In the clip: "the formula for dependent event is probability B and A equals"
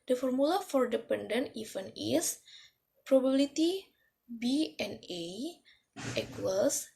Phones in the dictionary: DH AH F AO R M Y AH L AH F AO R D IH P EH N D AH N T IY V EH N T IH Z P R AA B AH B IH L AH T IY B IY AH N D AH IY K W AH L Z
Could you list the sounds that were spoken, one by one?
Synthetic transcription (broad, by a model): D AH F AO R M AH L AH F AO R D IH P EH N D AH N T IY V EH N IH S P R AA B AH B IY L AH T IY B IY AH N AH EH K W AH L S